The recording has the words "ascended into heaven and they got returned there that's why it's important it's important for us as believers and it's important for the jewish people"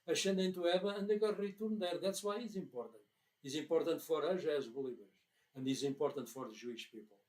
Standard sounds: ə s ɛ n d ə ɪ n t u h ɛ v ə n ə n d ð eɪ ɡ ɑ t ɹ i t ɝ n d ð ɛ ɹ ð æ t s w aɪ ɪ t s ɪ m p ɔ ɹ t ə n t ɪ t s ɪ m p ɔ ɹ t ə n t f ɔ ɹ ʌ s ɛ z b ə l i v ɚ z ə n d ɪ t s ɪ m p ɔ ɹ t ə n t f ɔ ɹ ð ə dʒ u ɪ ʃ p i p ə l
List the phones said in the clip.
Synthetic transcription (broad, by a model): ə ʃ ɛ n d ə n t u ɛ b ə ə n d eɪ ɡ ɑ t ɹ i t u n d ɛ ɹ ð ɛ t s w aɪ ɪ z ɪ m p ɔ ɹ t ə n t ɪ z ɪ m p ɔ ɹ t ə n t f ɔ ɹ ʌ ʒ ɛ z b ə l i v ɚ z ə n d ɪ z ɪ m p ɔ ɹ t ə n t f ɔ ɹ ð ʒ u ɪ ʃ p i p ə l